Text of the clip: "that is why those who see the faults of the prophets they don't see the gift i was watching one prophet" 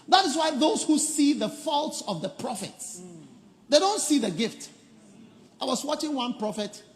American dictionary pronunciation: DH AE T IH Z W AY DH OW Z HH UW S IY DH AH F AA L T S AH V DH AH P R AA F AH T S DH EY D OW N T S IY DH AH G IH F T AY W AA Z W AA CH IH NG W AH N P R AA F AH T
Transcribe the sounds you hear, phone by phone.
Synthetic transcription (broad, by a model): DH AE T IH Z W AY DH OW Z HH UW S IY DH AH F AA L T S AH V DH AH P R AA F AH T S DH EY D OW N T S IY DH AH G IH F T AY W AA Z W AA CH IH NG W AH N P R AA F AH T